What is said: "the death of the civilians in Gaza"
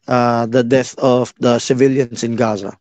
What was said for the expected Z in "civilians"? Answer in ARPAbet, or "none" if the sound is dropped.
S